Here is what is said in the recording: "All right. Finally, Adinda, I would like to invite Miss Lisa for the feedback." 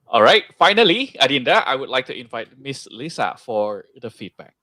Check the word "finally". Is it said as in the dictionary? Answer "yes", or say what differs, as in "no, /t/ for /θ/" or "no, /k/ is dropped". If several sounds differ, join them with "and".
yes